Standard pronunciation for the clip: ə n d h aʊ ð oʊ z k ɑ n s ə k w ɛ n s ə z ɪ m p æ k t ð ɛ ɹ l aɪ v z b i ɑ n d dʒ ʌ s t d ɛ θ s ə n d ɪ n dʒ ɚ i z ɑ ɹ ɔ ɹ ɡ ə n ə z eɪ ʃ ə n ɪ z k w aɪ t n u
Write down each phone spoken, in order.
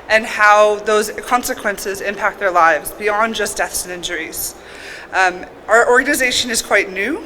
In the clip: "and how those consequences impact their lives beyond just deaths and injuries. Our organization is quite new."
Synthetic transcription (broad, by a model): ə n h aʊ ð oʊ z k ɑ n s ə k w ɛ n s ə z ɪ m p æ k t ð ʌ ɹ l aɪ v z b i ɑ n dʒ ʌ s d ɛ θ s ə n ɪ n dʒ ɚ i z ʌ ɹ ɔ ɹ ɡ ə n ə z eɪ ʃ ə n ɪ z k w aɪ t n u